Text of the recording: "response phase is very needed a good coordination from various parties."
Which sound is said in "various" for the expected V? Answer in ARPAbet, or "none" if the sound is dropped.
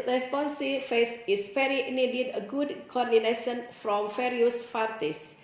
F